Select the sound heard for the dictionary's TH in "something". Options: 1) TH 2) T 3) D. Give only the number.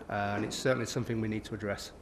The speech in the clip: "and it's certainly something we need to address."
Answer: 1